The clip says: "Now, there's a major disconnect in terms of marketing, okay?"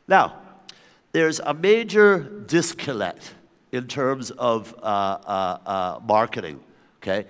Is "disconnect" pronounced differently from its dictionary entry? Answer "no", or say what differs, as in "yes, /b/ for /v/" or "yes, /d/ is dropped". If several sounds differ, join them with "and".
yes, /l/ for /n/